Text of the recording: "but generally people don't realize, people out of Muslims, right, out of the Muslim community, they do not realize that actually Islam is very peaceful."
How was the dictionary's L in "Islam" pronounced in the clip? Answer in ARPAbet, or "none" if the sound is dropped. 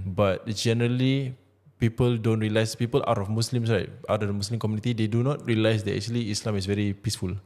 L